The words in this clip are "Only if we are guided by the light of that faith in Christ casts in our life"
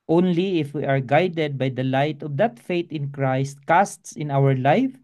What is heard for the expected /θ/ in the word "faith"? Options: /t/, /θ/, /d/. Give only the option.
/t/